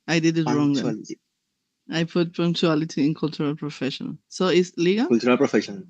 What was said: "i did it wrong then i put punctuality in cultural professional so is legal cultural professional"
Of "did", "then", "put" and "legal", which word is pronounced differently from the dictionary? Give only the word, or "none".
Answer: then